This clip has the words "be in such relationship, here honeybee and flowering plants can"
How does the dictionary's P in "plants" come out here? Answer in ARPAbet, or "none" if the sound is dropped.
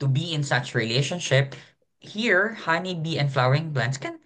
B